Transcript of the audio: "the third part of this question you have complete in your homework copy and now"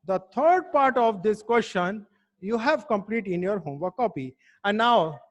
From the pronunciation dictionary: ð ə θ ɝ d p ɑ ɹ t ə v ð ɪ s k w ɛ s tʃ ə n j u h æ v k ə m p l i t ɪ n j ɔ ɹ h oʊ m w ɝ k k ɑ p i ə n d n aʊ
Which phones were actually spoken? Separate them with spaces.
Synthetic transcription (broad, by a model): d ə t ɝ d p ɑ ɹ t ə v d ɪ s k w ɛ s tʃ ə n j u h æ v k ə m p l i t ɪ n j ɔ ɹ h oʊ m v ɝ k k ɑ p i ə n d n aʊ